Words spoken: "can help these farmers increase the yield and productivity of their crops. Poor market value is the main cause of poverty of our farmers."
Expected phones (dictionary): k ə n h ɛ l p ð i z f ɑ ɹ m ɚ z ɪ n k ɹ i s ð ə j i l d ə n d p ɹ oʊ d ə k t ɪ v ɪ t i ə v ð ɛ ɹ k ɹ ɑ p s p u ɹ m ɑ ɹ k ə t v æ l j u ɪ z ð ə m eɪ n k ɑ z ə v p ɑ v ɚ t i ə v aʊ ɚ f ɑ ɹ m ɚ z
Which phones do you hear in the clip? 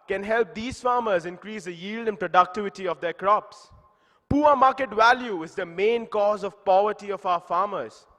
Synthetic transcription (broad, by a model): k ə n h ɛ l p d i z f ɑ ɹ m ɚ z ɪ n k ɹ i s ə j i l d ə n p ɹ oʊ d ə k t ɪ v ɪ t i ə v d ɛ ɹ k ɹ ɑ p s p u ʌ m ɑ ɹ k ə t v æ l j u ɪ z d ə m eɪ n k ɑ z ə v p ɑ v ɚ t i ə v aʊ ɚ f ɑ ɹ m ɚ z